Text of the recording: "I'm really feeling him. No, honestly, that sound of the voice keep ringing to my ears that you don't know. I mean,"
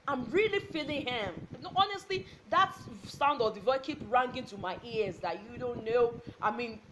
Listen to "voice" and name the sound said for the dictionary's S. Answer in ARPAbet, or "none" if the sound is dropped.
none